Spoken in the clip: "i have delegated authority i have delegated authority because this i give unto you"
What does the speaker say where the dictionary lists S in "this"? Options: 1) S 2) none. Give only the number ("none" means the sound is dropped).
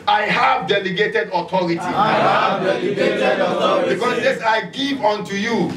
2